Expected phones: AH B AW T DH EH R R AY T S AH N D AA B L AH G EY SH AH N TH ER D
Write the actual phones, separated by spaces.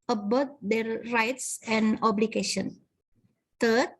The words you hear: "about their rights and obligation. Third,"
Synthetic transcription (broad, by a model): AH B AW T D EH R R AY T S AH N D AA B L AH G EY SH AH N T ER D